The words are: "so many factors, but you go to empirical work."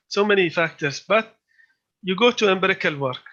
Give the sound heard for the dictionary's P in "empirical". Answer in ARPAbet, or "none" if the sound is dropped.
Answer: B